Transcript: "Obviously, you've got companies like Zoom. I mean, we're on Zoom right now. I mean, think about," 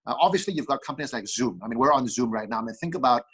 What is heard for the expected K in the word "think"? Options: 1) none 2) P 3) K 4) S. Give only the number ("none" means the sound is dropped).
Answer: 3